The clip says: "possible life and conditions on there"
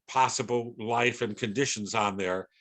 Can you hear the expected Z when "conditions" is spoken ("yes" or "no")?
yes